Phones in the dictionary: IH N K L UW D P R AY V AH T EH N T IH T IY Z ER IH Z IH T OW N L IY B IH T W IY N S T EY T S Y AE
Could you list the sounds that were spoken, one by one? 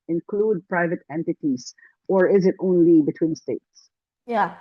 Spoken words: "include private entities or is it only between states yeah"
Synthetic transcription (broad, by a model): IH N K L UW D P R AY V AH T EH N T IH T IY Z ER IH Z IH T OW N L IY B IH T W IY N S T EY T S Y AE